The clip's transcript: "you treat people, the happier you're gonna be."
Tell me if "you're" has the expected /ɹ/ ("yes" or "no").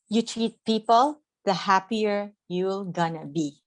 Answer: no